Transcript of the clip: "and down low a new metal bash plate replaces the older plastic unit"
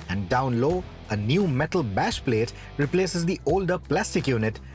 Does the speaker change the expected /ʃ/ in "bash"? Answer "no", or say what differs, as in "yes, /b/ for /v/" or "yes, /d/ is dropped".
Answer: no